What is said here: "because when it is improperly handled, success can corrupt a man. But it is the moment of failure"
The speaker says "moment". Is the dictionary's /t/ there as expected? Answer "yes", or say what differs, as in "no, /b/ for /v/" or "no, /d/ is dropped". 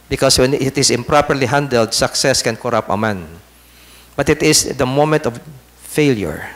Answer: yes